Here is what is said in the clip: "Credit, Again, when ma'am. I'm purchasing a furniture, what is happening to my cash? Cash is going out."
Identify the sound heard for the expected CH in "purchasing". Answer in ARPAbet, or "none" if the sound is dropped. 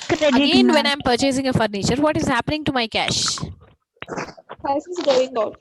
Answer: CH